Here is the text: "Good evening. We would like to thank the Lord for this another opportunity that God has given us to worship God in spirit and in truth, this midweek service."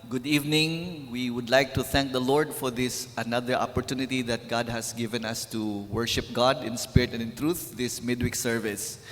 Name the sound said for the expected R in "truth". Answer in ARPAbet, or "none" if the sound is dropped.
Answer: R